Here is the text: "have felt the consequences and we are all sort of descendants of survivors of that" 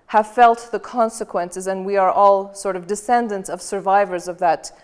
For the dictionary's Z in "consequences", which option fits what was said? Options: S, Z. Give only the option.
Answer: Z